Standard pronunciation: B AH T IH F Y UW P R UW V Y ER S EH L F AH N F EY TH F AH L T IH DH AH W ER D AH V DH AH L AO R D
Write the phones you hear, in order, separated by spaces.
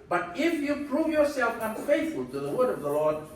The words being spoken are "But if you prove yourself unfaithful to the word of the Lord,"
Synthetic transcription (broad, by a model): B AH T IH F Y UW P R UW V Y ER S EH L F AH N F EY TH F AH L T IH DH AH W ER D AH V DH AH L AO R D